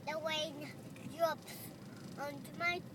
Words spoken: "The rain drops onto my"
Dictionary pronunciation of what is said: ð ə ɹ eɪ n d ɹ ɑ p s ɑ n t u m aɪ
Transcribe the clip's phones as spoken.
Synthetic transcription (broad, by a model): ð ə w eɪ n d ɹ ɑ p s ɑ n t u m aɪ